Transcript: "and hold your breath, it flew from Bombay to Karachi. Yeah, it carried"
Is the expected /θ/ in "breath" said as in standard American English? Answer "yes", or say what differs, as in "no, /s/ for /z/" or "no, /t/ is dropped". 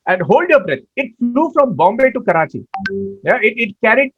no, /t/ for /θ/